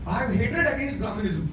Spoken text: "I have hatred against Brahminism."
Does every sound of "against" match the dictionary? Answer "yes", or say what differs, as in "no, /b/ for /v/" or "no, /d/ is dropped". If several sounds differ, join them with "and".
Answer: no, /n/ is dropped